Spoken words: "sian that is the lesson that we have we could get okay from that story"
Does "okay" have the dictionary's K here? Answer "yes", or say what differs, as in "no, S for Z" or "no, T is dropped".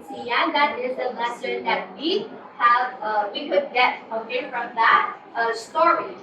no, K is dropped